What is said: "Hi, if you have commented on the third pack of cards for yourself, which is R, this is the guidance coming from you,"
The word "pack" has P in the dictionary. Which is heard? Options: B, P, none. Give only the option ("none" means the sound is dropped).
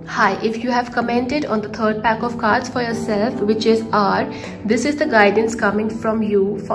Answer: P